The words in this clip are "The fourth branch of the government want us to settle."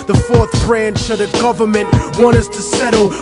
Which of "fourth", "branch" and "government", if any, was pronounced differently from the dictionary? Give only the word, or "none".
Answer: none